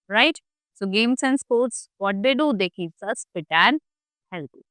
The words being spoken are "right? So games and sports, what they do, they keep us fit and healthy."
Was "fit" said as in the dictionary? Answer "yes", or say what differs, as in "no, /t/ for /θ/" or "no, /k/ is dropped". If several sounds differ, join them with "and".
no, /p/ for /f/